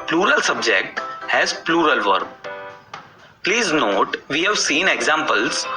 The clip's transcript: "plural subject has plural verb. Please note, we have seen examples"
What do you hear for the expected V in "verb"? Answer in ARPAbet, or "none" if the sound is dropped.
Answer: V